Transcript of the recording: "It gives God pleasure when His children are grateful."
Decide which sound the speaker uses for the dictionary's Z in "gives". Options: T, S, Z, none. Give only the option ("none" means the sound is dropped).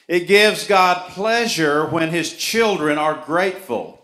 Z